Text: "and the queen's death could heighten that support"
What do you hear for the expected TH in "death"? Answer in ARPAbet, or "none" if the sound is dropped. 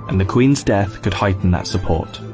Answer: TH